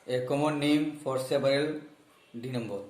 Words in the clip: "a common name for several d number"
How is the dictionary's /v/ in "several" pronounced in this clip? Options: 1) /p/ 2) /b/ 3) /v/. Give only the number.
1